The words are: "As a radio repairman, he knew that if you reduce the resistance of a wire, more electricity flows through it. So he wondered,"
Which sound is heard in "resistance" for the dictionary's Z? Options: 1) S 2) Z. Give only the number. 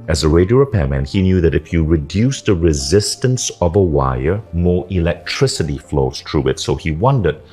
2